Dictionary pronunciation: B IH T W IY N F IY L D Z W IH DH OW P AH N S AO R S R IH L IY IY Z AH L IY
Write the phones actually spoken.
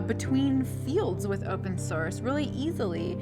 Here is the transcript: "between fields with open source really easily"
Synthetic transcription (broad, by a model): B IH T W IY N F IY L D Z W IH DH OW P AH N S AO R S R IH L IY IY Z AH L IY